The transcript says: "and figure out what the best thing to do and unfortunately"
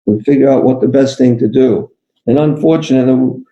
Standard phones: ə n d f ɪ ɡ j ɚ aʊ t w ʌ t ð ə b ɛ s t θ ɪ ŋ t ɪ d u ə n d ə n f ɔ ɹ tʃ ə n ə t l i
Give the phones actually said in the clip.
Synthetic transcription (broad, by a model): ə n f ɪ ɡ j ɚ aʊ t w ʌ t ð ə b ɛ s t θ ɪ ŋ t ɪ d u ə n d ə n f ɔ ɹ tʃ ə n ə t l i